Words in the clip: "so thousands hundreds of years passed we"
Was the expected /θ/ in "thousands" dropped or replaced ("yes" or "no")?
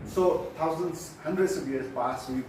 yes